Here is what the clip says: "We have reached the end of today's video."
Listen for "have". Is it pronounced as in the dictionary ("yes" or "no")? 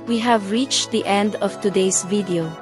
yes